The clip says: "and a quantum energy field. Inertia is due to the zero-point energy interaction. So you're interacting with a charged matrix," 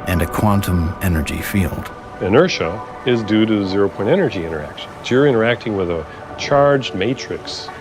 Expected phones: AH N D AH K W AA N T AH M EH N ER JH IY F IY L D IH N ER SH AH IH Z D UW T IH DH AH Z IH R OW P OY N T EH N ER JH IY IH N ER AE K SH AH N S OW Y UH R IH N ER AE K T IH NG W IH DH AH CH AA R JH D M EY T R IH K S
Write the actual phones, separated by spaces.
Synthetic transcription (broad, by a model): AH N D AH K W AA N T AH M EH N ER JH IY F IY L D IH N ER SH AH IH Z D UW T IH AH Z IH R OW P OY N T EH N ER JH IY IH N ER AE K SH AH N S Y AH R IH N ER AE K T IH NG W IH DH AH CH AA R JH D M EY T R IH K S